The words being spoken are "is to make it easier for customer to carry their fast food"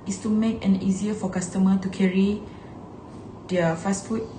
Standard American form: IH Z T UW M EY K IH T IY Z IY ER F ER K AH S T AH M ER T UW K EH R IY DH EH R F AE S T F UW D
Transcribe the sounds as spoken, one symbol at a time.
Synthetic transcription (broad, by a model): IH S T UW M EY K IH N IY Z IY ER F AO K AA S T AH M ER T UW K EH R IY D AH F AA S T F UW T